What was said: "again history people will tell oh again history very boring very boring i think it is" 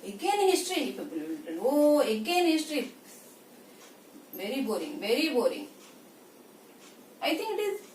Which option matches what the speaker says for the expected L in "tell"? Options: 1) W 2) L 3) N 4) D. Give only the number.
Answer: 3